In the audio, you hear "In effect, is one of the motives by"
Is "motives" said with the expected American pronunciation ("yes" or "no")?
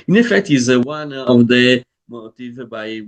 no